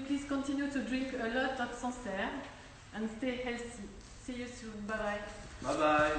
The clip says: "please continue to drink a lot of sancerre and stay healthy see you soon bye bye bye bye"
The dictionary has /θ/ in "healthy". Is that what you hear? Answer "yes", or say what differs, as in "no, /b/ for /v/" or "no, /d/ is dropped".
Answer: no, /s/ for /θ/